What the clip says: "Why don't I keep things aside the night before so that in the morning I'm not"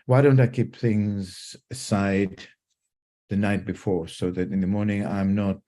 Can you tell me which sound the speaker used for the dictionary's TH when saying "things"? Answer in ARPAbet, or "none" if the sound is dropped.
TH